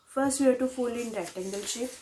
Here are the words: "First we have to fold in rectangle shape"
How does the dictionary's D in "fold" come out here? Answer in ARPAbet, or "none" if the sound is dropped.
none